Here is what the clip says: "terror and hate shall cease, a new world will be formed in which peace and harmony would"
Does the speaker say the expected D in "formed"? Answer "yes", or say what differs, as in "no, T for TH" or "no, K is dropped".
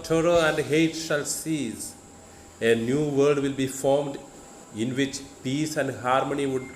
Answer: yes